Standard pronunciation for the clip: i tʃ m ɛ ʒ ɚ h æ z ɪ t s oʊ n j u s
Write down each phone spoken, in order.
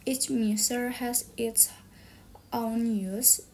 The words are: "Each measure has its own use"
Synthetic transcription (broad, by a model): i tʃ m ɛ s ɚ h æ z ɪ t s oʊ n j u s